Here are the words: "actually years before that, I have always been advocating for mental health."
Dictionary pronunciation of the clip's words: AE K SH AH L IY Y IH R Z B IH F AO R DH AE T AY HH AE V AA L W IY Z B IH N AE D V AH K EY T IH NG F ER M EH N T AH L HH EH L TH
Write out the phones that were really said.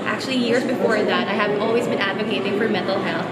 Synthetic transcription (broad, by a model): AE K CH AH L IY Y IH R Z B IH F AO R DH AE T AY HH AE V AA L W IY Z B IH N AE D V AH K EY T IH NG F ER M EH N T L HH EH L